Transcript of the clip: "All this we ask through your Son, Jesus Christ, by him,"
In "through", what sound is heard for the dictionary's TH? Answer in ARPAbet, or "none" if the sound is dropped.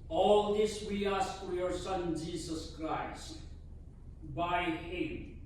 F